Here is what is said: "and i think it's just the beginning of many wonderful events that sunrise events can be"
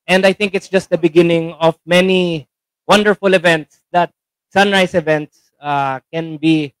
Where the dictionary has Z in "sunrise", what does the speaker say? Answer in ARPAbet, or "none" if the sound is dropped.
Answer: S